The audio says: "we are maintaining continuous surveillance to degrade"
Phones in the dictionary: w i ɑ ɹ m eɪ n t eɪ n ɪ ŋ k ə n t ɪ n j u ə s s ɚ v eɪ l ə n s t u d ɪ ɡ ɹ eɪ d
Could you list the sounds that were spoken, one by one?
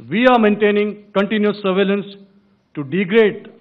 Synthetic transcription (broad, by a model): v i ɑ ɹ m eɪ n t eɪ n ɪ ŋ k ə n t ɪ n j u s s ɚ v eɪ l ə n s t u d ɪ ɡ ɹ eɪ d